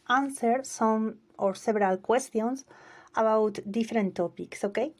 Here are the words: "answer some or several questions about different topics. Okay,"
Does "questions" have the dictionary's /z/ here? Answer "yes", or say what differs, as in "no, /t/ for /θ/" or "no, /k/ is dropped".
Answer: no, /s/ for /z/